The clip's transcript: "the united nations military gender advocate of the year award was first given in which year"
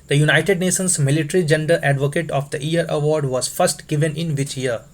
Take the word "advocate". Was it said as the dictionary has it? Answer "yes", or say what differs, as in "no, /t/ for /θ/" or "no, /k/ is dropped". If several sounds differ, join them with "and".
yes